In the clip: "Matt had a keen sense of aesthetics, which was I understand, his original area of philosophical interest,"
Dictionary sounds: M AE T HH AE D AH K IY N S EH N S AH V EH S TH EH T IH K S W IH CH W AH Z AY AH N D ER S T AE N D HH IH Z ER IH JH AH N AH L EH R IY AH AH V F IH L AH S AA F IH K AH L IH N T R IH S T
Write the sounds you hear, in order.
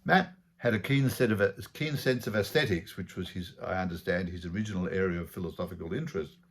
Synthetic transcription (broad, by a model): M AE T HH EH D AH K IY N S EH N S AH V EH S TH EH T IH K S W IH CH W AH Z AY AH N D ER S T AE N D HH IH Z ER IH JH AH N L EH R IY AH AH V F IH L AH S AA F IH K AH L IH N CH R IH S T